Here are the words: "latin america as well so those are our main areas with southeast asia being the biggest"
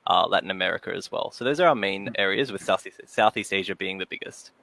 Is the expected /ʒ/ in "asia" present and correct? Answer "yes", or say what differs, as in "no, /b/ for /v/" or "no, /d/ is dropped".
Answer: yes